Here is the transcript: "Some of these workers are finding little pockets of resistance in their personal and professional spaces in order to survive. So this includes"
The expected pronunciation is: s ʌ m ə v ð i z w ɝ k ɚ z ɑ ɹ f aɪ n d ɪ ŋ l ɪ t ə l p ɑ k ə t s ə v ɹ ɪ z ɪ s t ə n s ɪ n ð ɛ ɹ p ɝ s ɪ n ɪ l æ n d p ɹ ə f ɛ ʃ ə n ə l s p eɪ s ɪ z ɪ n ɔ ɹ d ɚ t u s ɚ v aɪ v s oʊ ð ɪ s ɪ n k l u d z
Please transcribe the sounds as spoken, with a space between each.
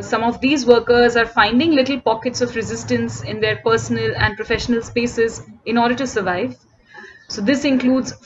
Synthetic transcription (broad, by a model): s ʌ m ə v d i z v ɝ k ɚ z ɑ ɹ f aɪ n d ɪ ŋ l ɪ t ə l p ɑ k ə t s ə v ɹ ɪ z ɪ s t ə n s ɪ n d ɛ ɹ p ɝ s ɪ n ɪ l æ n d p ɹ ə f ɛ ʃ ə n ə l s p eɪ s ɪ z ɪ n ɔ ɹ d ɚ t u s ɚ v aɪ v s oʊ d ɪ s ɪ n k l u d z